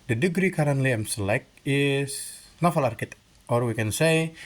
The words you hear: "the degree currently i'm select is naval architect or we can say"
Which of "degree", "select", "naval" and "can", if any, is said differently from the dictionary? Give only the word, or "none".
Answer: naval